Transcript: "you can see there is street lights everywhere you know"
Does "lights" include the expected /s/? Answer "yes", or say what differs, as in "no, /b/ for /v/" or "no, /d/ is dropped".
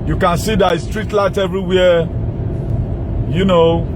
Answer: no, /s/ is dropped